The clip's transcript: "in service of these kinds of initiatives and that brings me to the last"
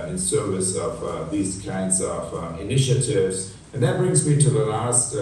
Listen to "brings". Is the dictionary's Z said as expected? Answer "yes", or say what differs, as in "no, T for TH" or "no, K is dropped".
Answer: yes